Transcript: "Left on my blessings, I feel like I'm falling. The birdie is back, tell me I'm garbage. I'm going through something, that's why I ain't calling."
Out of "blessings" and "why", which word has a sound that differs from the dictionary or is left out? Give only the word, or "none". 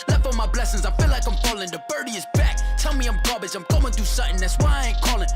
none